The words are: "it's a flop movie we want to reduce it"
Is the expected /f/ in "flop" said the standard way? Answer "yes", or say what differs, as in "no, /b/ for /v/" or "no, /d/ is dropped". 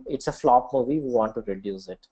yes